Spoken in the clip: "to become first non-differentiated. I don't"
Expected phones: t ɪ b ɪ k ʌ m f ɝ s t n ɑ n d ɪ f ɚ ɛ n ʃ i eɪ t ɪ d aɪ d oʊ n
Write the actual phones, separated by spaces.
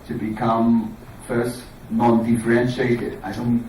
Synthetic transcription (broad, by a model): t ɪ b ɪ k ʌ m f ɝ s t n ɑ n d ɪ f ɚ ɛ n ʃ i eɪ t ɪ d aɪ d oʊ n